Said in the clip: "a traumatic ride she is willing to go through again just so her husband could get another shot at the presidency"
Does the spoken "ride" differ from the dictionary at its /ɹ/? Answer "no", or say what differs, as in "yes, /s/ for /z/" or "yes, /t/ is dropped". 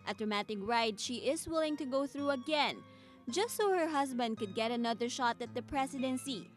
no